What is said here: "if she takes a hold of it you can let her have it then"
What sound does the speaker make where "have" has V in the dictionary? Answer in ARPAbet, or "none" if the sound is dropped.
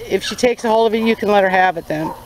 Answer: V